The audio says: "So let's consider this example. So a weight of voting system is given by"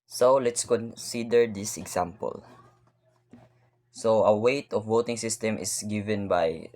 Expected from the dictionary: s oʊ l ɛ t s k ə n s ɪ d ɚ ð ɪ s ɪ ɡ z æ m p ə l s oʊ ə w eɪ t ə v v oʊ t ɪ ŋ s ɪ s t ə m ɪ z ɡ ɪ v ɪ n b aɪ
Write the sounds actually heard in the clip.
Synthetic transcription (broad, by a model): s oʊ l ɛ t s k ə n s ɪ d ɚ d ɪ s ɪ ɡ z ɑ m p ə l s oʊ ə w eɪ t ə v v oʊ t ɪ ŋ s ɪ s t ə m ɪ s ɡ ɪ v ɪ n b aɪ